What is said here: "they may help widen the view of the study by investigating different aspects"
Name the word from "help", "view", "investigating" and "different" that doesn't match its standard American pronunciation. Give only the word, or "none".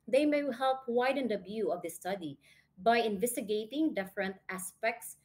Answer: view